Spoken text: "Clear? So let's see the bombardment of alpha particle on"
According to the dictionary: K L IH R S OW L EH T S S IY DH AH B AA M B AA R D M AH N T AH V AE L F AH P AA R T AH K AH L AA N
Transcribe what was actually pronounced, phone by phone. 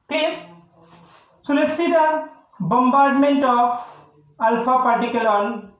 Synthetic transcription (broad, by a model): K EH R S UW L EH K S S IY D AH B AA M B AA R D M AH N T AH P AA L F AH P AA R T AH K AH L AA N